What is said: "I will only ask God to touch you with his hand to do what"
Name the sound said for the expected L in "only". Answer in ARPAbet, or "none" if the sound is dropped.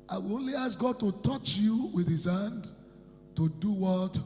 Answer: L